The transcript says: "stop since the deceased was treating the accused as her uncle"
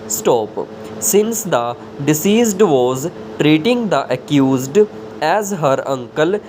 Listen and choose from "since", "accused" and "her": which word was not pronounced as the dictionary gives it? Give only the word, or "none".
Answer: none